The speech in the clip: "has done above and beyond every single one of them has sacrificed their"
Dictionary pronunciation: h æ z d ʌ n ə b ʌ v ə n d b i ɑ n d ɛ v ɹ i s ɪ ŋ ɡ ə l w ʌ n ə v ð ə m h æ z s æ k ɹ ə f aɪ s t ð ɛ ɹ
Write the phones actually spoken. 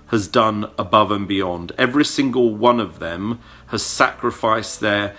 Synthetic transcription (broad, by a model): h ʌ z d ʌ n ə b ʌ v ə n b i ɑ n d ɛ v ɹ i s ɪ ŋ ɡ ə l w ʌ n ə v ð ə m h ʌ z s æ k ɹ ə f aɪ s ð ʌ ɹ